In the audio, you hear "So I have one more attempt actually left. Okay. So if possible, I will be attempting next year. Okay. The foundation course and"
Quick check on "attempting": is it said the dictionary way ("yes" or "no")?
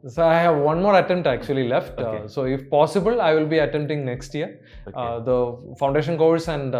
no